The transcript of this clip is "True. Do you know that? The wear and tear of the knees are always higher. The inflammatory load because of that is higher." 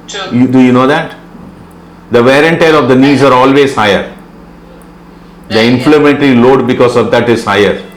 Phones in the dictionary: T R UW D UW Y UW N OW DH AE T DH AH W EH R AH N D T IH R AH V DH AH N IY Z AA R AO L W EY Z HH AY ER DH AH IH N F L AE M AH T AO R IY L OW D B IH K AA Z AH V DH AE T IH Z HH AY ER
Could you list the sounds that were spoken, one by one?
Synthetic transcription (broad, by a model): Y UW D UW Y UW N OW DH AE T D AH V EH R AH N T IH L AH V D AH N IY Z AA R AO L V EY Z HH AY ER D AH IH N F L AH M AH T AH R IY L OW D B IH K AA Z AH V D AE T IH Z HH AY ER